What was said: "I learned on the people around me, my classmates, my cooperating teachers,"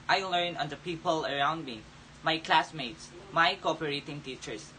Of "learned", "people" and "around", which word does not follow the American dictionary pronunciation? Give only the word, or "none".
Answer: learned